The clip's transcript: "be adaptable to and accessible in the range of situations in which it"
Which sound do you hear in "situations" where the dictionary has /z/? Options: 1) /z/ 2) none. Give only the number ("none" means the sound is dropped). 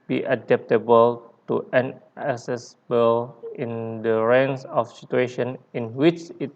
2